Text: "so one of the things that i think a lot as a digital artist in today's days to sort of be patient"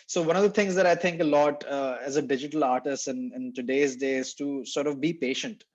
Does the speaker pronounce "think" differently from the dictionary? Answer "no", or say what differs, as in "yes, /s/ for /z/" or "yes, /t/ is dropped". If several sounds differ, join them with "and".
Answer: yes, /t/ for /θ/